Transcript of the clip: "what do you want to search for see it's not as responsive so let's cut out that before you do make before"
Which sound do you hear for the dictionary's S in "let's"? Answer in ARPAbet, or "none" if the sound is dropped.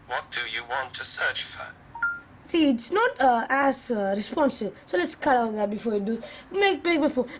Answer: S